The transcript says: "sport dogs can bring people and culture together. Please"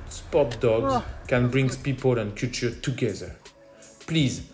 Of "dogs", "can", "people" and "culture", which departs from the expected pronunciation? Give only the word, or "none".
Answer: culture